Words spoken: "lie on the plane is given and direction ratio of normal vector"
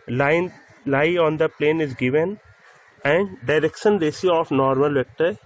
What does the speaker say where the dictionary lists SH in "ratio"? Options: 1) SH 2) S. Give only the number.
2